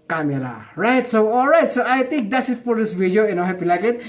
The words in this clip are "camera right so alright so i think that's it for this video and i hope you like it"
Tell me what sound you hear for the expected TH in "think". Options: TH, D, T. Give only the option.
T